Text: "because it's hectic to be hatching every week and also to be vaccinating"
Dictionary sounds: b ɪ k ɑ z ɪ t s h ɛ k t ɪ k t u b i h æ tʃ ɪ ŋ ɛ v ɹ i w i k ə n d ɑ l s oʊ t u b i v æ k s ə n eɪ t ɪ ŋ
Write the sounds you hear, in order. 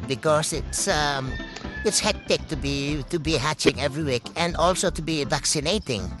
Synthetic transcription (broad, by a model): b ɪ k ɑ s ɪ t s h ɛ k t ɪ k t u b i h æ tʃ ɪ ŋ ɛ v ɹ i w i k ə n d ɑ l s oʊ t u b i v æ k s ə n eɪ t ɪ ŋ